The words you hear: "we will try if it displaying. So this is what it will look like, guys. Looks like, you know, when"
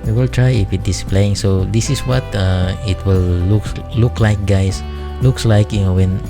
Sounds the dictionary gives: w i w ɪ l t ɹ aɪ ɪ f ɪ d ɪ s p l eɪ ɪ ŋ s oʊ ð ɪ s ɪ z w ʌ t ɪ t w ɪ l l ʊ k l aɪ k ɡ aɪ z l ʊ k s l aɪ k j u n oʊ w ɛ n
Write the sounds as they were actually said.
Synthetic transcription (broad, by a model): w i w ɪ l t ɹ aɪ ɪ f ɪ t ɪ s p l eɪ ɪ ŋ s oʊ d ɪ s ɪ s w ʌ t ɪ t w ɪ l l ʊ k l aɪ k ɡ aɪ s l ʊ k s l aɪ k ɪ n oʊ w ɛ n